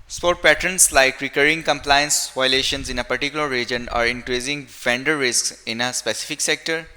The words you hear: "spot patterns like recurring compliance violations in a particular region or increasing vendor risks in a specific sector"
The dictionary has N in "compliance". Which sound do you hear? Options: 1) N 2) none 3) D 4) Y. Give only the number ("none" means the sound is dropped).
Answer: 1